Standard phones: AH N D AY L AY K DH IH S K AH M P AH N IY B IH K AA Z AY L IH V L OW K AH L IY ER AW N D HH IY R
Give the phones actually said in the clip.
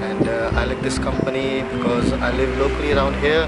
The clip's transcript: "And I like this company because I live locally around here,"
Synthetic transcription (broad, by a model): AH N D AY L AY K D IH S K AH M P AH N IY B IH K AA Z AY L IH V L OW K AH L IY ER AW N D HH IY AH